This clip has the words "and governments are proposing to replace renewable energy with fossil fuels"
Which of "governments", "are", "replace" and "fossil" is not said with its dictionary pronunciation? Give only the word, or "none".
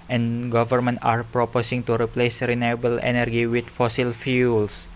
governments